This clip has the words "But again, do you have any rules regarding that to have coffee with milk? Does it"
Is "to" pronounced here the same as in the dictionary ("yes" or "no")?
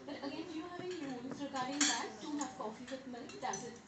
no